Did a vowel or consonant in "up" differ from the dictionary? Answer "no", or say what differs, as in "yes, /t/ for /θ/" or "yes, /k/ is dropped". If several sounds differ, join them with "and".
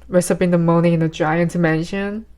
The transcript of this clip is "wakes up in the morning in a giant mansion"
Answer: yes, /b/ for /p/